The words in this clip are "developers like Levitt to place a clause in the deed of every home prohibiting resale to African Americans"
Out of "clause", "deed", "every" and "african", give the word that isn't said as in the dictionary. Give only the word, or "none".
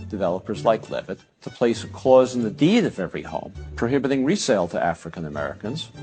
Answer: none